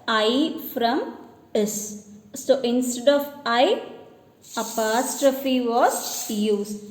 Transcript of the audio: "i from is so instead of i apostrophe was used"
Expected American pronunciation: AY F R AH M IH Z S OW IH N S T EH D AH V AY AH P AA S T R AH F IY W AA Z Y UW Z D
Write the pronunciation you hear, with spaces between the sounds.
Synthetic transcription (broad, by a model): AY F R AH M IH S OW IH N S T EH D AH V AY AH P AA S T R AH F IY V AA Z Y UW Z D